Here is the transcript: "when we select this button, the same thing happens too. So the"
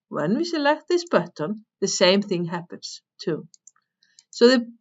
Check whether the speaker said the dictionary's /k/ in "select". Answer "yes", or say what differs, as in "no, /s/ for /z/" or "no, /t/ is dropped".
yes